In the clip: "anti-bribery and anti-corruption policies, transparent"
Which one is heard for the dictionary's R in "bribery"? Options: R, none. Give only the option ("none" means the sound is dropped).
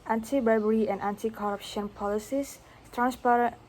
none